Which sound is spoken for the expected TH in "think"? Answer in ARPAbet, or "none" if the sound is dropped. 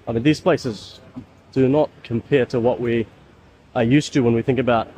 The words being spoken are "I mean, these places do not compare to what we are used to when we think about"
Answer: TH